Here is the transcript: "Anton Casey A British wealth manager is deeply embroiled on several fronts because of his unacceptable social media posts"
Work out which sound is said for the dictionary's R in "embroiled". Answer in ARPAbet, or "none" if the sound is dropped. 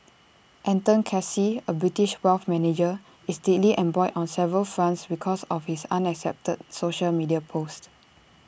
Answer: none